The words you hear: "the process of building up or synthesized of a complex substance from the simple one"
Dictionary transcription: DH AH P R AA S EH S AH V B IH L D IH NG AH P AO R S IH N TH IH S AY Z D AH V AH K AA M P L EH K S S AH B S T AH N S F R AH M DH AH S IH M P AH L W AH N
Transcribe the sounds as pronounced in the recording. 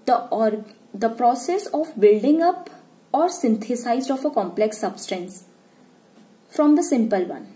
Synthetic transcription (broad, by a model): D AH P R AA S EH S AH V B IH L D IH NG AH P AO R S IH N T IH S AY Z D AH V AH K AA M P L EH K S S AH B S T AH N S F R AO M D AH S IH M P AH L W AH N